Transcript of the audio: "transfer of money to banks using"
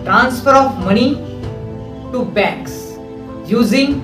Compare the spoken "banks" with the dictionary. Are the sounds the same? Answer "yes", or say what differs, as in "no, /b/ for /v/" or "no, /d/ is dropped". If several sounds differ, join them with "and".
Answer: no, /ŋ/ is dropped